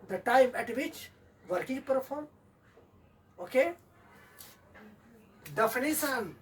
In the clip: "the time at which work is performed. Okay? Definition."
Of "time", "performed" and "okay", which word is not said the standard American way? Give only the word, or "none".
performed